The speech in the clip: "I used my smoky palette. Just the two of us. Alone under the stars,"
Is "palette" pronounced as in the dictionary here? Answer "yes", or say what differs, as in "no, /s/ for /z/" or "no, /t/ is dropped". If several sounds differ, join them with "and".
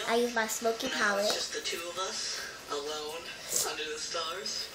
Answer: no, /w/ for /l/